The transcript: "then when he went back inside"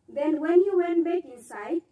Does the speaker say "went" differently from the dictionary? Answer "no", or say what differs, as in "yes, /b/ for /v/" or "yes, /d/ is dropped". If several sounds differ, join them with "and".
no